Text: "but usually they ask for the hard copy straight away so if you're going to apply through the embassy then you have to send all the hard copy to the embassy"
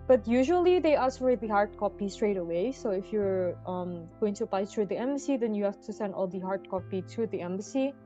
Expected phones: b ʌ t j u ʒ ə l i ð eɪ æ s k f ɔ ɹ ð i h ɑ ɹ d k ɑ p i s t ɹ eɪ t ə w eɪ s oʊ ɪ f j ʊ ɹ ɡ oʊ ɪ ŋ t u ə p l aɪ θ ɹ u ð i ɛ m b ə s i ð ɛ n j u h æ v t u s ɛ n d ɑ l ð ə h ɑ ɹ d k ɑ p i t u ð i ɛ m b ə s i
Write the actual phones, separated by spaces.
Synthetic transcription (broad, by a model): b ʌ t j u ʒ ə l i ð eɪ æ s f ɔ ɹ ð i h ɑ ɹ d k ɑ p i s t ɹ eɪ t ə w eɪ s oʊ ɪ f j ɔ ɹ ɡ oʊ ɪ ŋ t u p aɪ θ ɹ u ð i ɛ m b ə s i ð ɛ n j u h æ f t u s ɛ n d ɑ l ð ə h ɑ ɹ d k ɑ p i t u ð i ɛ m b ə s i